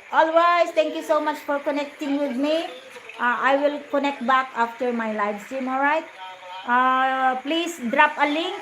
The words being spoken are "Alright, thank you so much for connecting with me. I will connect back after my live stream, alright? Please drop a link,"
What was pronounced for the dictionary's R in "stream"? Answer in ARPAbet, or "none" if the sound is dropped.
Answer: none